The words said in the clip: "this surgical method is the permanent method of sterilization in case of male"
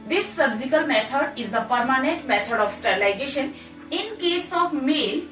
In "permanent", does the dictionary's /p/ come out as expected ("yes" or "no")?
yes